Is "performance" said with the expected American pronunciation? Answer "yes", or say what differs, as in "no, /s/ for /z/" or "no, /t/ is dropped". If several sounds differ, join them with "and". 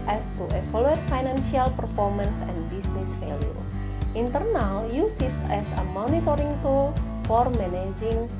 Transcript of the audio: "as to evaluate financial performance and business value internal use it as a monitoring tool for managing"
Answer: yes